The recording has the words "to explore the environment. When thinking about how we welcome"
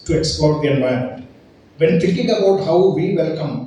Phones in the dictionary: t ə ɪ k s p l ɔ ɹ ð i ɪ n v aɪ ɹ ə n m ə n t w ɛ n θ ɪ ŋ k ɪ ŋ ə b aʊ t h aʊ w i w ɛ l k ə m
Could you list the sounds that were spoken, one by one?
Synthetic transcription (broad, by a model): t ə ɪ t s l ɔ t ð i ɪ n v aɪ ə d m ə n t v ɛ n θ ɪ ŋ k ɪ ŋ ə b aʊ t h aʊ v i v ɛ l k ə m